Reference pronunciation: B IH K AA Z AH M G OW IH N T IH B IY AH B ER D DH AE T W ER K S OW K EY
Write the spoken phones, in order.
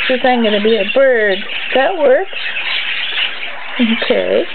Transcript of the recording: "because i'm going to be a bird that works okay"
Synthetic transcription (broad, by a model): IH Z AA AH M G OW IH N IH B IY AH B ER D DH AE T W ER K OW K EY